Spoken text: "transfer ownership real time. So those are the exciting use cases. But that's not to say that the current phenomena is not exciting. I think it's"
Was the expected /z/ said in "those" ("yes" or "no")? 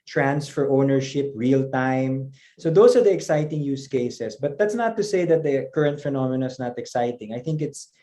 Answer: no